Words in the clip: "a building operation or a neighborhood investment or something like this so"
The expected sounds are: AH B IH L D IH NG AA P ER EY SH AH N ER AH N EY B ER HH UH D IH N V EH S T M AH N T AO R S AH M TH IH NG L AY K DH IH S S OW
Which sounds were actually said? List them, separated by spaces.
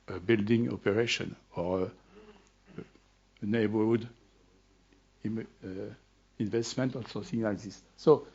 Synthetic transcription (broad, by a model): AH B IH L D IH NG AA P ER EY SH AH N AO AH N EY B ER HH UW D IH N V EH S T M AH N T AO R S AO TH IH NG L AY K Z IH S S OW